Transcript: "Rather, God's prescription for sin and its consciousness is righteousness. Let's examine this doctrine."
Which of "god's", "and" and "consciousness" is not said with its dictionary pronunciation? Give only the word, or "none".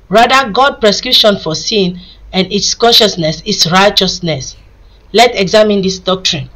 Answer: god's